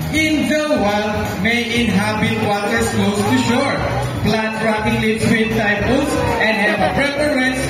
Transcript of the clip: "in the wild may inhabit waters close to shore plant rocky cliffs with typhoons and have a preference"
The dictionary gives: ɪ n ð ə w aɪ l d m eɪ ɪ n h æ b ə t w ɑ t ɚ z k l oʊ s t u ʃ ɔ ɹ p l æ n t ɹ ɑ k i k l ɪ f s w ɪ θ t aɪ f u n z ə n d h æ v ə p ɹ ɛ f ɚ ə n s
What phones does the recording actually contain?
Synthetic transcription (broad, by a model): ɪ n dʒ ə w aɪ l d m eɪ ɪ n h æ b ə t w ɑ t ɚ s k oʊ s t u ʃ ɔ ɹ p l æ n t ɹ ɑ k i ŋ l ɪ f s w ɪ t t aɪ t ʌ l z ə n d h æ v ə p ɹ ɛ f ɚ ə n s